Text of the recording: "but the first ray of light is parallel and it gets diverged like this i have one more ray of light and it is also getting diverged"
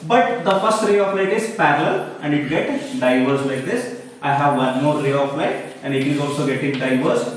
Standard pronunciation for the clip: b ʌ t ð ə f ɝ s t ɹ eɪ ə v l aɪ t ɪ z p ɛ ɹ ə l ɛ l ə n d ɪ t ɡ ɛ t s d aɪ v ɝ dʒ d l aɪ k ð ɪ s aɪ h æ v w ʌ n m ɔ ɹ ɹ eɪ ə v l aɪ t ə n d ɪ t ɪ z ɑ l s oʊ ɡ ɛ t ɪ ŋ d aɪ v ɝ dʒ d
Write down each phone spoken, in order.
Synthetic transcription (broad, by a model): b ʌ t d ə f ɝ s t ɹ eɪ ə f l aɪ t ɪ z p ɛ ɹ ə l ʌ l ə n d ɪ t ɡ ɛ t d aɪ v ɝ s l aɪ k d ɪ s aɪ h æ v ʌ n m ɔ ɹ ɹ eɪ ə f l aɪ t ə n d ɪ t ɪ z ɑ l s oʊ ɡ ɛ t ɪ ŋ d aɪ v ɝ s